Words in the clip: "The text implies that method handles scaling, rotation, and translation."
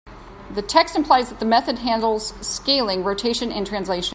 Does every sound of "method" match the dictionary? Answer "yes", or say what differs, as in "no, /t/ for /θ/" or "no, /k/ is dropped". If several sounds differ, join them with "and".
yes